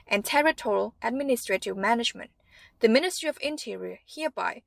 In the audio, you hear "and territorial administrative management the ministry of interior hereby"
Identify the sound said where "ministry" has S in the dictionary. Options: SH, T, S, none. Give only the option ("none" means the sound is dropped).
S